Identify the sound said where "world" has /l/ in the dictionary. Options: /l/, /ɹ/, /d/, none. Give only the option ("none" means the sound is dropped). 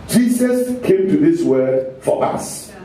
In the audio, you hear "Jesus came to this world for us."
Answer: none